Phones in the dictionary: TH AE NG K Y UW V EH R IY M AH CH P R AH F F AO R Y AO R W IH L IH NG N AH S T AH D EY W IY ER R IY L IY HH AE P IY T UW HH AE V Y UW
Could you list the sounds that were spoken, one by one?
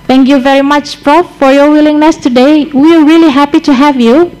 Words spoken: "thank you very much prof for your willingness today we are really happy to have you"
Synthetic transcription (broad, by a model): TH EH NG K Y UW V EH R IY M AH CH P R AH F F AO R Y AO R W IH L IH NG N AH S T AH D EY W IY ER R IY L IY HH AE P IY T UW HH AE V Y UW